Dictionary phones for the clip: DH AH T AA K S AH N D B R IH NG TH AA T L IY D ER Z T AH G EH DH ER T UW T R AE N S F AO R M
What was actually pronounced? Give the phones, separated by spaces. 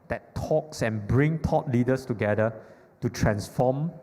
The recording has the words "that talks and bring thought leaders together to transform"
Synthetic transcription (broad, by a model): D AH T AA K S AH N B R IH NG T AA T L IY D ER S T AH G EH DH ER T UW T R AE N S F AO M